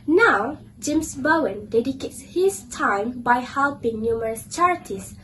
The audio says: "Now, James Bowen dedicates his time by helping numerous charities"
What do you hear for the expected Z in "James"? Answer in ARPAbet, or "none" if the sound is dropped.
S